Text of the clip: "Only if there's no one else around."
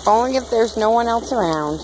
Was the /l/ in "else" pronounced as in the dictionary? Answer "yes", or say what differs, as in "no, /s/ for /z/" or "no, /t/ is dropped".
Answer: yes